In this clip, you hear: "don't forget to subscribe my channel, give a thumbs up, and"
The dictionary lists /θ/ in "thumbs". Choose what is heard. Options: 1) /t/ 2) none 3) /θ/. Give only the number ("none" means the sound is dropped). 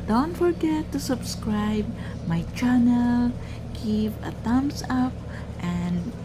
1